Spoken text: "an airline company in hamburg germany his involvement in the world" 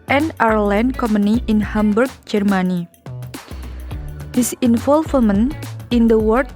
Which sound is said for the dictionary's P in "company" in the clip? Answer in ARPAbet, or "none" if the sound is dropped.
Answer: none